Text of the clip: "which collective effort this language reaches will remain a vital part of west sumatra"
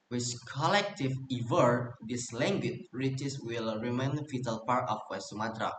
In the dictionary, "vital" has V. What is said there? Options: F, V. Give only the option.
F